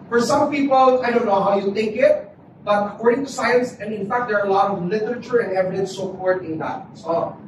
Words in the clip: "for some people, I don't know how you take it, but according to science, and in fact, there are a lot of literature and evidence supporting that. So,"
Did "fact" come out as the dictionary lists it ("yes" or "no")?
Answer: yes